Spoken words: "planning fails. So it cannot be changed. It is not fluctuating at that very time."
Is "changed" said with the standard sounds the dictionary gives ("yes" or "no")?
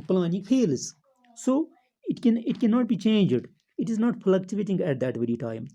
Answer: yes